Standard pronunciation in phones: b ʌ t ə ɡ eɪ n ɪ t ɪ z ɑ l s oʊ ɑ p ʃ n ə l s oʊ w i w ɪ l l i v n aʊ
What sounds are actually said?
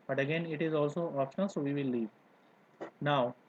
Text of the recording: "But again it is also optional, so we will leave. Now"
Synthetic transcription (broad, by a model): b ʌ t ə ɡ eɪ n ɪ t ɪ z ɑ l s oʊ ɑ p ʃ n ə s oʊ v i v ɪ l l i v n aʊ